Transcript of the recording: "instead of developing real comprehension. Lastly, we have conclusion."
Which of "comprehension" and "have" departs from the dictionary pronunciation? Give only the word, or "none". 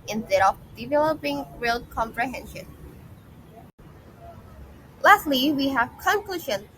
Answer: none